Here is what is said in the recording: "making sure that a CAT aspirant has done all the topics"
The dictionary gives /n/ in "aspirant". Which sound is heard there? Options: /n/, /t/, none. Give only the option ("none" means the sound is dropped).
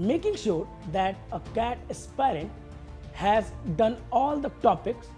/n/